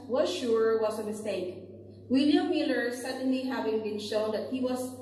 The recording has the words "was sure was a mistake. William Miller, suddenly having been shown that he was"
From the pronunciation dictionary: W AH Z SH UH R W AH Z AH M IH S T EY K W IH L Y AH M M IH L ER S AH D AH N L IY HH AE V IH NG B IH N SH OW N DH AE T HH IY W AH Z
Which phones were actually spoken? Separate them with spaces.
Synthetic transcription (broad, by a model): W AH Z SH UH R W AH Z AH M IH S T EY K W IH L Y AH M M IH L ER S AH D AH N L IY HH AE V IH NG B IH N SH OW N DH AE T HH IY W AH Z